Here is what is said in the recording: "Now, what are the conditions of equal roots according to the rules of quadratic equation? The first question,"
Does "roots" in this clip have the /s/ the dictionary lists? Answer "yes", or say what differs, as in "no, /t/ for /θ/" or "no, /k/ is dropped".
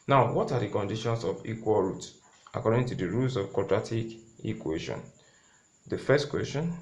no, /s/ is dropped